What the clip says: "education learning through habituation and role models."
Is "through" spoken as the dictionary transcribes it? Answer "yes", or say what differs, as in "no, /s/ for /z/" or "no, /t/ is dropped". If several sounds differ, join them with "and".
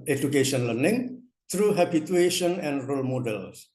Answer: no, /t/ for /θ/